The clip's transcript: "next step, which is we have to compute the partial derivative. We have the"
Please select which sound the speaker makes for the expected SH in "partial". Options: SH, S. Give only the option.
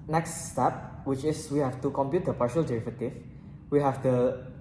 SH